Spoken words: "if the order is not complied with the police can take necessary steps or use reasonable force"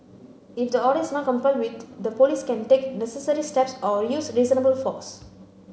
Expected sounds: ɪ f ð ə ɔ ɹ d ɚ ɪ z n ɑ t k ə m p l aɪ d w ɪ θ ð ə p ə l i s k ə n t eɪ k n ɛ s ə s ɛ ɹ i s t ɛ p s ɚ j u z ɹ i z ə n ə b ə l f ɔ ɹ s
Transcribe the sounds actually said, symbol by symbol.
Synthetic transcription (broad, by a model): ɪ f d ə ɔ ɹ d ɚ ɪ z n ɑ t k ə m p aɪ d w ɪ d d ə p ə l i s k ə n t eɪ k n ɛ s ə s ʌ ɹ i s t ɛ p s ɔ j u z ɹ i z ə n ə b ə l f ɔ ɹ s